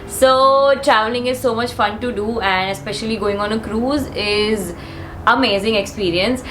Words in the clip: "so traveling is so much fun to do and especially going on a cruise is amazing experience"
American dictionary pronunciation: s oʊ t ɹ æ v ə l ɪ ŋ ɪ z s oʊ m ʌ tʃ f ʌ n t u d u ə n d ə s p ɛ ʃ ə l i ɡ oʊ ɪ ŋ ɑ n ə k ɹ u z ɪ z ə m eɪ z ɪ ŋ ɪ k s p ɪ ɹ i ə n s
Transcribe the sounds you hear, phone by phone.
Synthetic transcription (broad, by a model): s oʊ t ɹ æ v ə l ɪ ŋ ɪ z s oʊ m ʌ tʃ f ʌ n t u d u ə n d ə s p ɛ ʃ ə l i ɡ oʊ ɪ ŋ ɑ n ə k ɹ u z ɪ z ə m eɪ z ɪ ŋ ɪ k s p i ɹ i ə n s